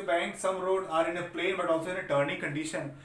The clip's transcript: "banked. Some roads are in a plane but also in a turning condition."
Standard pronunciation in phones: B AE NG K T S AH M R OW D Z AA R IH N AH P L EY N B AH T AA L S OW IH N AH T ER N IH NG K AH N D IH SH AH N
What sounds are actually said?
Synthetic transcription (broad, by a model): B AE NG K S AH M R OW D AA R IH N AH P L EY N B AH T AA L S OW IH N AH T ER N IH NG K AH N D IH SH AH N